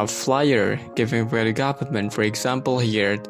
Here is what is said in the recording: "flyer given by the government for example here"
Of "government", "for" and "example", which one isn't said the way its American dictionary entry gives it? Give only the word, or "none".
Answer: government